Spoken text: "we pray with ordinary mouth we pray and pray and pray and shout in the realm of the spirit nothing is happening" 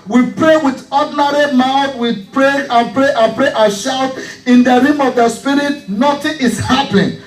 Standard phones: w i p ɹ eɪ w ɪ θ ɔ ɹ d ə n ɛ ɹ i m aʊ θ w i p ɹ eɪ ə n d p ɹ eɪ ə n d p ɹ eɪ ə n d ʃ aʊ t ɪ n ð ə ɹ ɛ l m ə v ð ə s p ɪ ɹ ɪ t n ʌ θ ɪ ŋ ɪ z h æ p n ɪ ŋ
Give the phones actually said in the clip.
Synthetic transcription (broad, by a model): w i p ɹ eɪ w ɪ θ ɔ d n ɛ ɹ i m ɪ f w i p ɹ eɪ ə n p ɹ eɪ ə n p ɹ eɪ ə ʃ aʊ t ɪ n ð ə ɹ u m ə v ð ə s p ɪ ɹ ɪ t n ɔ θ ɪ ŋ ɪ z h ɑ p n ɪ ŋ